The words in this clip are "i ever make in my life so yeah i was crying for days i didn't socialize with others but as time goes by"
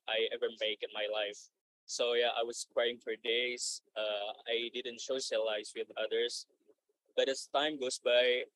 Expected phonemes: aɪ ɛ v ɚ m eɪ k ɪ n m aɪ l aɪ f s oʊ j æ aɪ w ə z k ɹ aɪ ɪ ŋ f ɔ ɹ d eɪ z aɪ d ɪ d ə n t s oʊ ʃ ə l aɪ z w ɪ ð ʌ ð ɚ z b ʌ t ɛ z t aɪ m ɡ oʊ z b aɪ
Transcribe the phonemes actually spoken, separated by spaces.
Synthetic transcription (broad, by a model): aɪ ɛ v ɚ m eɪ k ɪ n m aɪ l aɪ f s oʊ j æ aɪ w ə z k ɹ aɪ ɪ ŋ f ɔ ɹ d eɪ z aɪ d ɪ d ə n t ʃ oʊ s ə l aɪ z w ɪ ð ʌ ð ɚ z b ʌ t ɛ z t aɪ m ɡ oʊ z b aɪ